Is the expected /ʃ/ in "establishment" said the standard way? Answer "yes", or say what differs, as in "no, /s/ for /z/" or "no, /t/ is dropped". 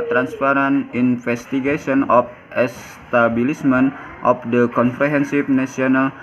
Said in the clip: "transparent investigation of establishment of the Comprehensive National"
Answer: no, /s/ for /ʃ/